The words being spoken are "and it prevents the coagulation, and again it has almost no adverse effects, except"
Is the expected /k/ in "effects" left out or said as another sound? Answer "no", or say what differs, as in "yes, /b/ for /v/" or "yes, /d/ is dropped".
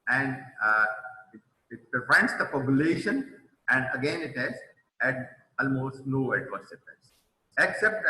yes, /k/ is dropped